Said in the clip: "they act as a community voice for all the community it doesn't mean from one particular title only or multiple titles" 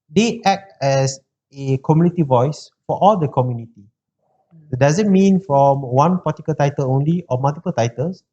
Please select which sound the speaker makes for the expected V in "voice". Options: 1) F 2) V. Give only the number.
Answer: 2